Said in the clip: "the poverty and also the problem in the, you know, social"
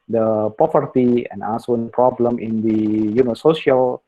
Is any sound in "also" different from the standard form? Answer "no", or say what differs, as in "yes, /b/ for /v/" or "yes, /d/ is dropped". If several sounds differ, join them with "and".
yes, /l/ is dropped